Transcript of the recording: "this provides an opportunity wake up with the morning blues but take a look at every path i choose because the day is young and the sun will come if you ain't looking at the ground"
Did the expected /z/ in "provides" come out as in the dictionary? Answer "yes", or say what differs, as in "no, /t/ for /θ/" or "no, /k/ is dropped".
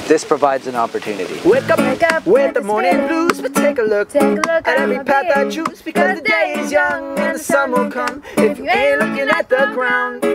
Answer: yes